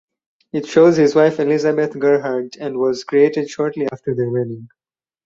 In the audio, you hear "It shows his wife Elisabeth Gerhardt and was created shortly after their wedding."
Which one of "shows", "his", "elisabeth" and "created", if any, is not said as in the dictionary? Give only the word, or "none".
elisabeth